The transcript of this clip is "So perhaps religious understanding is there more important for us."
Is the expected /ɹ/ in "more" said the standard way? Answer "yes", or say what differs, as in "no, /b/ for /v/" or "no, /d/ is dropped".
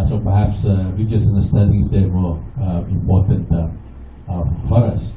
no, /l/ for /ɹ/